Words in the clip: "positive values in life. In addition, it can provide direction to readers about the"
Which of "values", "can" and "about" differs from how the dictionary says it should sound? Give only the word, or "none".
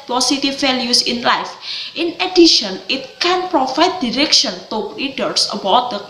values